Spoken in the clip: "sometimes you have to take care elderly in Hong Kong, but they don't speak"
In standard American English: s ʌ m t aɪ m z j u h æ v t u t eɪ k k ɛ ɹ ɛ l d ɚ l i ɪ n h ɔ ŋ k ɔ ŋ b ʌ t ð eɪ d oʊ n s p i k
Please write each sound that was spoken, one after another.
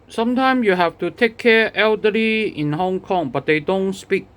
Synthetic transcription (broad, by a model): s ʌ m t aɪ m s j u h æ f t u t eɪ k k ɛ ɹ ɛ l d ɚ l i ɪ n h ɔ ŋ k ɔ ŋ b ʌ t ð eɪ d oʊ n s p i k